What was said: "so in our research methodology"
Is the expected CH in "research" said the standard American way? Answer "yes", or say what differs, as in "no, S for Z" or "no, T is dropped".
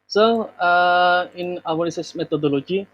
no, S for CH